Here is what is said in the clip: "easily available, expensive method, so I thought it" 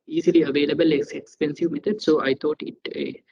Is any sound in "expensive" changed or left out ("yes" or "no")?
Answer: no